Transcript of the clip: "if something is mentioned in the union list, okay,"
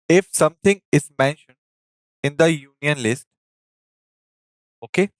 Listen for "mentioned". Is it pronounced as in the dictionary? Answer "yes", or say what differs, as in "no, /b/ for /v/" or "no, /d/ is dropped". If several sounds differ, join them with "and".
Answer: yes